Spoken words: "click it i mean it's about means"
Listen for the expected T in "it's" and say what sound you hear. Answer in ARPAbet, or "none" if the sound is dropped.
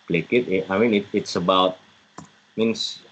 T